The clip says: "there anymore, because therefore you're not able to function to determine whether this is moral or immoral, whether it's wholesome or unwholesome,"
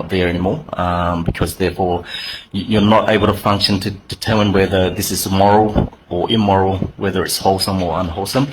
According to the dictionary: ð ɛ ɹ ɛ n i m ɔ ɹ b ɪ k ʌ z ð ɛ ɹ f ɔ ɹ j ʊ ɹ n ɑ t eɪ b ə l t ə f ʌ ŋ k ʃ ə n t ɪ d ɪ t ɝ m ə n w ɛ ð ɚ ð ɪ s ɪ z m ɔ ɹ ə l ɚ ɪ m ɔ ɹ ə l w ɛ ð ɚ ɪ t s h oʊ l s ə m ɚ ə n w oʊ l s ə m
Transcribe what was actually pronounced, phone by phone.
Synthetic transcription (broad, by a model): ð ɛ ɹ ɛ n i m ɔ ɹ b ɪ k ʌ z ð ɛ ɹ f ɔ ɹ j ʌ ɹ n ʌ t eɪ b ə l t ə f ʌ ŋ k ʃ ə n t ɪ d ɪ t ɝ m ə n w ɛ ð ɚ ð ɪ s ɪ z m ɔ ɹ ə l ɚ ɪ m ɔ ɹ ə l w ɛ ð ɚ ɪ t s h oʊ l s ə m ɚ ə n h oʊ l s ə m